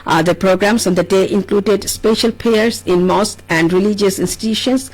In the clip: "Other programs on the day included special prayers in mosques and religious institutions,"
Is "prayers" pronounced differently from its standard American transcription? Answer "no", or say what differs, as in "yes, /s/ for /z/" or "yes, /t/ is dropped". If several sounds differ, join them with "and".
yes, /ɹ/ is dropped